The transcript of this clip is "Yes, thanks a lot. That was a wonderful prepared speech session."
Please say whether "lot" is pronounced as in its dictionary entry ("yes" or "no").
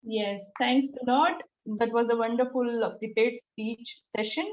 no